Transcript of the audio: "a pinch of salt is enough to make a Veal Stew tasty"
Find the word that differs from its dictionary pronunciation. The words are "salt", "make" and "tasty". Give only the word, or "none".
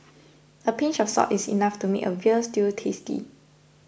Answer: salt